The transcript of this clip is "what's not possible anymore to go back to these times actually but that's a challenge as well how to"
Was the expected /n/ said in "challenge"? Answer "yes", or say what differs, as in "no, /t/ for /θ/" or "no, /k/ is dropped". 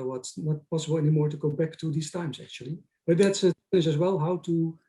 no, /n/ is dropped